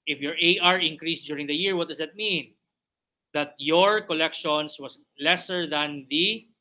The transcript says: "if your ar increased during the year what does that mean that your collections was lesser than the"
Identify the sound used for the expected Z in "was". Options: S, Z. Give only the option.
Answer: S